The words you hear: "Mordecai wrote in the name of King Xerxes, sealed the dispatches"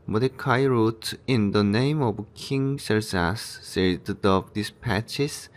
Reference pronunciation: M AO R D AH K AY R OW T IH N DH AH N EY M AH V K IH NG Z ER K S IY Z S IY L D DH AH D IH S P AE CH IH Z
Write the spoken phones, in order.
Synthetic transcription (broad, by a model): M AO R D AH K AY R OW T IH N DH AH N EY M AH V K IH NG S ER S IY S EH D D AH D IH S P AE CH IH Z